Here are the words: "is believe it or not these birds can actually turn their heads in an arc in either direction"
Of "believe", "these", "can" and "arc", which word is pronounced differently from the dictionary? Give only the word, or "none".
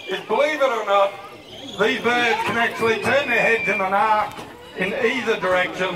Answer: none